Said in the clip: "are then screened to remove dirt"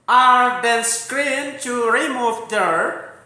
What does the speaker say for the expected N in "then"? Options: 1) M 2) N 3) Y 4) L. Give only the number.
4